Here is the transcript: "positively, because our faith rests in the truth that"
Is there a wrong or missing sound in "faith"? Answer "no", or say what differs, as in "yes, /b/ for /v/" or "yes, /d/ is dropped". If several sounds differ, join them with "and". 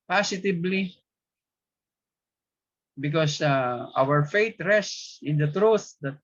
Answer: yes, /t/ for /θ/